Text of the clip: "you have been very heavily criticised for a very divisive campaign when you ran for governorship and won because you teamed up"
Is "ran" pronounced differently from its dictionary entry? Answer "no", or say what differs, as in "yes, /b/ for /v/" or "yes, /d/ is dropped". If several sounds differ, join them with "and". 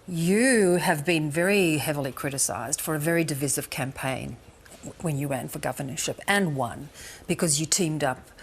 yes, /w/ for /ɹ/